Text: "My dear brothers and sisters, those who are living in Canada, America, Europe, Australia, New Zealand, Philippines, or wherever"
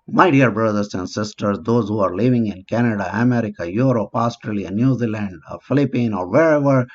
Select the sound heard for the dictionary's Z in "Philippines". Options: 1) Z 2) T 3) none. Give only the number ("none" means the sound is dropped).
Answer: 3